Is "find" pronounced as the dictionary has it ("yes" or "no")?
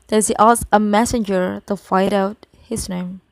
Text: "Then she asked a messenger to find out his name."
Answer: no